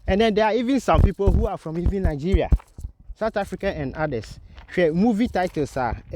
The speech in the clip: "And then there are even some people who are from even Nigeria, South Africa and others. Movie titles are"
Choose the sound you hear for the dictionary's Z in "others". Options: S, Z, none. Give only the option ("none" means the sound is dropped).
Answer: none